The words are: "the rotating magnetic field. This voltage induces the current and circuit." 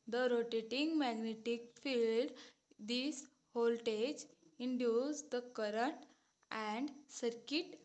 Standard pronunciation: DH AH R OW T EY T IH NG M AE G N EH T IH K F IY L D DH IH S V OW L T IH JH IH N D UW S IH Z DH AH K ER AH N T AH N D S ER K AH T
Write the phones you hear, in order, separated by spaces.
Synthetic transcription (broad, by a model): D AH R OW T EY T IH NG M AE G N EH T IH K F IY L D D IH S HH OW L T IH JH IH N D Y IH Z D AH K ER AH N T AH N D S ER K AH T